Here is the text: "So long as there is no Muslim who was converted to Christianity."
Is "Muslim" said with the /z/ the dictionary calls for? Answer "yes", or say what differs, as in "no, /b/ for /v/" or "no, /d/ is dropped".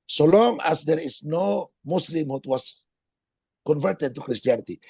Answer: no, /s/ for /z/